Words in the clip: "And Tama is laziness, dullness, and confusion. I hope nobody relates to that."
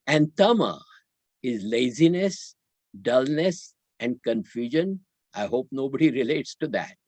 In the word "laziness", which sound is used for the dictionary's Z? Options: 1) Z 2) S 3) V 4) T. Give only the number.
1